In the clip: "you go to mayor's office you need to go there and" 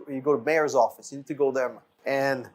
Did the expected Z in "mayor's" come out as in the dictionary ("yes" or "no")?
yes